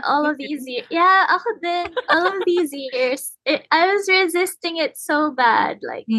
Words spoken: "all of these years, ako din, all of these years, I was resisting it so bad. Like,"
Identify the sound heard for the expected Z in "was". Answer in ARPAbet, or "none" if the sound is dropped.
Z